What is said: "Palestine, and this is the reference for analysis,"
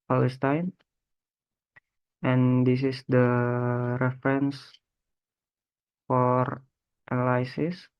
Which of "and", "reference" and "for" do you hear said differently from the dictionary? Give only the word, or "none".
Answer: none